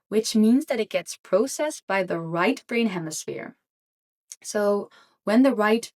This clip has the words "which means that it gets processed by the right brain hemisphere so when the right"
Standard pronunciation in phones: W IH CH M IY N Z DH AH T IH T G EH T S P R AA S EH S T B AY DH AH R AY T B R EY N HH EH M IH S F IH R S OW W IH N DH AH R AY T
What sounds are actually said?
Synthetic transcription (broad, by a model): W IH CH M IY N Z DH AH T IH T G EH T S P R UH S EH S B AY DH AH R AY T B R EY N HH EH M IH S F IH R S OW W IH N DH AH R AY T